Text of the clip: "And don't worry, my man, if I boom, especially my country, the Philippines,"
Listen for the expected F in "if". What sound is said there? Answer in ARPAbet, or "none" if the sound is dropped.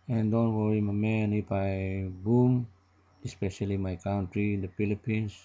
P